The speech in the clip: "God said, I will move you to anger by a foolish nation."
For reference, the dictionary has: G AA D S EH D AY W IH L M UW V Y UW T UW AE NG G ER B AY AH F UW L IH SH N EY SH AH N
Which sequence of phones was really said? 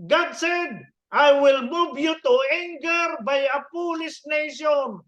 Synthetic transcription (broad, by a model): G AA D S EH D AY W IH L M UW V Y UW T UW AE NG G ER B AY AH P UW L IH S N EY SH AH N